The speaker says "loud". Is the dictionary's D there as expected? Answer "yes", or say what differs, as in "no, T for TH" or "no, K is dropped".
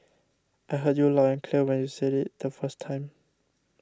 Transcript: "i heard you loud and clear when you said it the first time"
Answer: no, D is dropped